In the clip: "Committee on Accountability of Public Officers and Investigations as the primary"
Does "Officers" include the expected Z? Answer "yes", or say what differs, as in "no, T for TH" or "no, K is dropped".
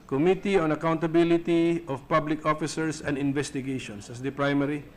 no, S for Z